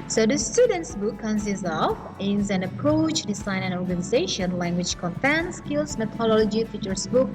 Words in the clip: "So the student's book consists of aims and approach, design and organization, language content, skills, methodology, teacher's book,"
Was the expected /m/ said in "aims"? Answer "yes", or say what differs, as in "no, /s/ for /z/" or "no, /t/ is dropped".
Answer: no, /m/ is dropped